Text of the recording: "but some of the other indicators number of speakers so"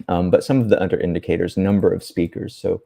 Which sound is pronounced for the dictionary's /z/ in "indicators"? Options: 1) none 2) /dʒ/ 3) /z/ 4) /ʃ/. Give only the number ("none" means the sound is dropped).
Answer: 3